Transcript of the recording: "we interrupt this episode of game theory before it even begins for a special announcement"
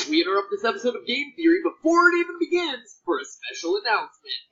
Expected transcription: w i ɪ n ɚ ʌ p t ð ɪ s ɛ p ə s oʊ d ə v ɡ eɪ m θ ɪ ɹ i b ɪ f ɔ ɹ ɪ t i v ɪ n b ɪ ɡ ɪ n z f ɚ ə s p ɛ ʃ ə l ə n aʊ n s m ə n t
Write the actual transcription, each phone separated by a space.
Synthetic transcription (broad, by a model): w i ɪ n ɚ ʌ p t ð ɪ s ɛ p ə s oʊ d ə v ɡ eɪ m θ ɪ ɹ i b ɪ f ɔ ɹ ɪ t i v ɪ n b ɪ ɡ ɪ n z f ɚ ə s p ɛ ʃ l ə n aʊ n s m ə n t